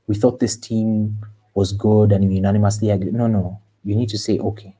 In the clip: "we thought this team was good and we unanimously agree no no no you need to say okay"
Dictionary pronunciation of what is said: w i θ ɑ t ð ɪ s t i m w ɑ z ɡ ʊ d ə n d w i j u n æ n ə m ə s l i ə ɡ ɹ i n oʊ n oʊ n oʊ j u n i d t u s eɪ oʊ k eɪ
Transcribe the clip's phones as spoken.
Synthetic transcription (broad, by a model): w i θ ɑ t ð ɪ s t i m w ɑ z ɡ ʊ d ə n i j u n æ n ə m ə s l i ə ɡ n n oʊ n oʊ j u n i d t u s eɪ oʊ k eɪ